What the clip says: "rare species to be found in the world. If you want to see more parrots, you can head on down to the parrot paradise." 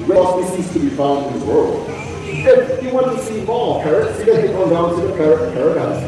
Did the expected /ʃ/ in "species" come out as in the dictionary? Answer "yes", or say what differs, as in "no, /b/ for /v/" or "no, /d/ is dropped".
no, /s/ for /ʃ/